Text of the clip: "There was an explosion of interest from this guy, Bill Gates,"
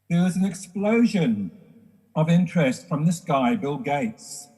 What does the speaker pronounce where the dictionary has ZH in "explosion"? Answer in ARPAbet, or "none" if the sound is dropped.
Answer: ZH